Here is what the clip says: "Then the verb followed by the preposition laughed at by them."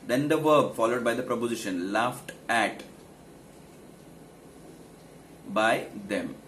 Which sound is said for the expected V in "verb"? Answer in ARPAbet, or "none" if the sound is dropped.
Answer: V